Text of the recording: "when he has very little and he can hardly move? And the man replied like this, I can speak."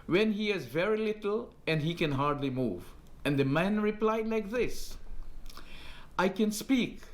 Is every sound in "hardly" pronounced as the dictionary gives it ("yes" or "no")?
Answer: yes